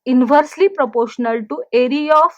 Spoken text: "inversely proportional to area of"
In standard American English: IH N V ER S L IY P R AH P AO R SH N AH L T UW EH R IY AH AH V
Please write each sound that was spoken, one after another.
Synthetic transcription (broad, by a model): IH N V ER S L IY P R AH P AO R SH N AH L T UW EH R IY AH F